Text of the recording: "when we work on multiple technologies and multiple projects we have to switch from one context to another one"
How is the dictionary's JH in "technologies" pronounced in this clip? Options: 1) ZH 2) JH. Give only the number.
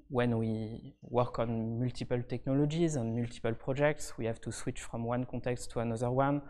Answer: 2